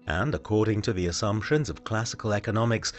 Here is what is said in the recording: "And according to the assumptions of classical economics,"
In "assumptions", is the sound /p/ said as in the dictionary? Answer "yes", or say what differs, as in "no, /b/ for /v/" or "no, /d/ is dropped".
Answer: yes